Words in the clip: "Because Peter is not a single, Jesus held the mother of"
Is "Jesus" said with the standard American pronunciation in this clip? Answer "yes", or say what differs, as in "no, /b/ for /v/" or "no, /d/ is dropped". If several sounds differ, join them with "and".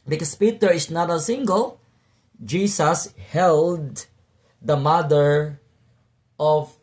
no, /s/ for /z/